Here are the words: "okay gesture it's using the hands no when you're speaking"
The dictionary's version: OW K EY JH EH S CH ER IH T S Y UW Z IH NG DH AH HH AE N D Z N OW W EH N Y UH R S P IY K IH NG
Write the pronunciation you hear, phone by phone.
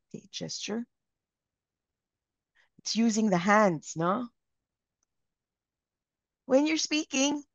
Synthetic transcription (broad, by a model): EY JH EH S CH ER IH T S Y UW Z IH NG DH AH HH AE N D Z N OW W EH N Y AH R S P IY K IH NG